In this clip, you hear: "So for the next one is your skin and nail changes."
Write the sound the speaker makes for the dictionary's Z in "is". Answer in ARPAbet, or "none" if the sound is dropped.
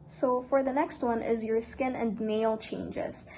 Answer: Z